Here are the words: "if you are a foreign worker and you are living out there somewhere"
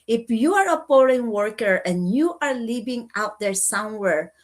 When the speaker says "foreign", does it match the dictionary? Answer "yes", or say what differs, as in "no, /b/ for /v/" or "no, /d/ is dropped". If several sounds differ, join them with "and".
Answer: no, /p/ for /f/